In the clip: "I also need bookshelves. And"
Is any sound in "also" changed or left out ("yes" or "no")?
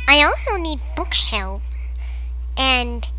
no